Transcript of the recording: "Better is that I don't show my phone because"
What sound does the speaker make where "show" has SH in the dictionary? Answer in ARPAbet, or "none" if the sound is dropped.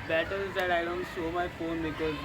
S